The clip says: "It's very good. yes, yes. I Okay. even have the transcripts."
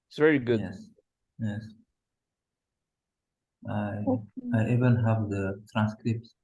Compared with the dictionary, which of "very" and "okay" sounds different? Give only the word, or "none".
okay